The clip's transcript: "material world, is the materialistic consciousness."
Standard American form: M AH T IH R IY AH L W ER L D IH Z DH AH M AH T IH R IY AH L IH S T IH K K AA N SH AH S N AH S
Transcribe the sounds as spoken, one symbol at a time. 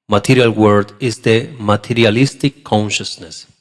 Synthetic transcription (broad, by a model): M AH T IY R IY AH L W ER D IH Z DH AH M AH T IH R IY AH L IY S T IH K K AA N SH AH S N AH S